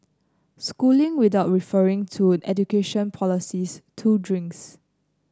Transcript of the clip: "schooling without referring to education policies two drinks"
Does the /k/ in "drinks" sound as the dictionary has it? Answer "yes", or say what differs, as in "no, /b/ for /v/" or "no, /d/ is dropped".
yes